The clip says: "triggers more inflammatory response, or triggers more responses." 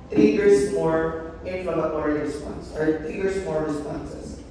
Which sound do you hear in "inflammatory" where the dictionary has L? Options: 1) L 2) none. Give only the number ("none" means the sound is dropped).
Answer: 2